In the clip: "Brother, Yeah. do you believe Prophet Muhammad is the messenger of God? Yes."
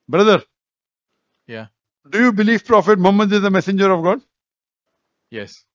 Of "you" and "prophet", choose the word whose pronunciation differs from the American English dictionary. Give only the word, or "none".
none